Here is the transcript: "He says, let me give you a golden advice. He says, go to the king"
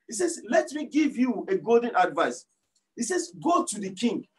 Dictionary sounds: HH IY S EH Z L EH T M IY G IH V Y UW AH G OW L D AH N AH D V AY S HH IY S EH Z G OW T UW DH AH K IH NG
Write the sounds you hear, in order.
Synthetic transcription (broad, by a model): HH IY S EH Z L EH T M IY G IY V Y UW AH G OW L D AH N AH D V AY S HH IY S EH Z G OW T UW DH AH K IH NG